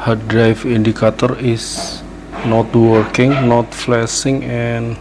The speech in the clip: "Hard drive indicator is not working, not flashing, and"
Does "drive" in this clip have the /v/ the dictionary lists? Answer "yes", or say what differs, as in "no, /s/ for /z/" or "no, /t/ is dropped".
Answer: no, /f/ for /v/